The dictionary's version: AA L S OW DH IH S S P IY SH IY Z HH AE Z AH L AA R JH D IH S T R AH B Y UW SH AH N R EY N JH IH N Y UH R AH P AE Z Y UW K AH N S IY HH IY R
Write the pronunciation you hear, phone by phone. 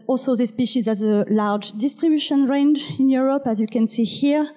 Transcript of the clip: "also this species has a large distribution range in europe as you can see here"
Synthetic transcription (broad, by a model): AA L S OW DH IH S S P IY SH IY Z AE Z AH L AA R JH D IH S T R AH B Y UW SH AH N R EY N JH IH N Y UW R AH P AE Z Y UW K AH N S IY HH IY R